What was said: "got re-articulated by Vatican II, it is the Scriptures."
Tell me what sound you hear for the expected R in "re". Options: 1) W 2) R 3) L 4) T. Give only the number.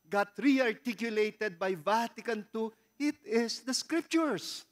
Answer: 2